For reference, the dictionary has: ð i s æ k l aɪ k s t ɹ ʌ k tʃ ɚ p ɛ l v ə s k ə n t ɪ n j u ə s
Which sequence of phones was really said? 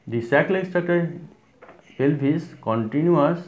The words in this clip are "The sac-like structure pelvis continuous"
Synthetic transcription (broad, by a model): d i s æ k l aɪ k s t ʌ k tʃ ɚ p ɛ l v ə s k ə n t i n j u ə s